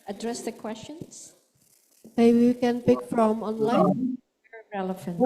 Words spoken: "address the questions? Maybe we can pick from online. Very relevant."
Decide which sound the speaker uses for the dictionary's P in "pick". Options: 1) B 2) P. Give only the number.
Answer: 2